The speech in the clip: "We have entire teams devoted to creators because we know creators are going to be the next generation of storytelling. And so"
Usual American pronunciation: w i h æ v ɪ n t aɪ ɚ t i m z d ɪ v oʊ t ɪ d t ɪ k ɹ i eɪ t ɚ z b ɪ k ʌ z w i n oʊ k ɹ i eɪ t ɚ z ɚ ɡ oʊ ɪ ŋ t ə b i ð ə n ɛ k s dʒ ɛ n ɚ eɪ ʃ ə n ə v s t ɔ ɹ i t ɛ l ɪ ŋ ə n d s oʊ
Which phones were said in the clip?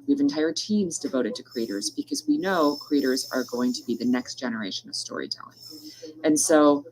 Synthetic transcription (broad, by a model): w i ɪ v ɪ n t aɪ ɚ t i m z d ɪ v oʊ t ɪ d t ɪ k ɹ i eɪ t ɚ z b ɪ k ʌ z w i n oʊ k ɹ i eɪ t ɚ z ɚ ɡ oʊ ɪ ŋ t ə b i ð ə n ɛ k s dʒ ɛ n ɚ eɪ ʃ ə n ə v s t ɔ ɹ i t ɛ l ɪ ŋ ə n s oʊ